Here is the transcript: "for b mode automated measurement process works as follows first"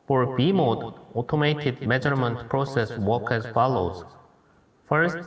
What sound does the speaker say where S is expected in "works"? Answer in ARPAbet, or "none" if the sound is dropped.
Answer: none